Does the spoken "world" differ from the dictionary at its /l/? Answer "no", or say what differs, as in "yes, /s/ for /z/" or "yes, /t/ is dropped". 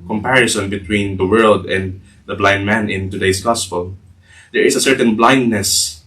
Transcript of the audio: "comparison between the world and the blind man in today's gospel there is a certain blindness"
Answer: no